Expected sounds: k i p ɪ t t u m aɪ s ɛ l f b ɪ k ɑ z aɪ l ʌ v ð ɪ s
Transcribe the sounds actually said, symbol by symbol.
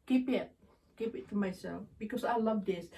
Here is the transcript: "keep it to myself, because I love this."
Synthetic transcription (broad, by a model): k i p ɪ t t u m aɪ s ɛ l f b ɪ k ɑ s aɪ l ʌ v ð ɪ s